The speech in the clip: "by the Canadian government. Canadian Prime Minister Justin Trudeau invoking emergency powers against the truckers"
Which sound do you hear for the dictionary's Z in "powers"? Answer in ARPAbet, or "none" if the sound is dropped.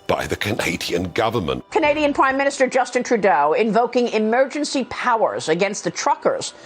Z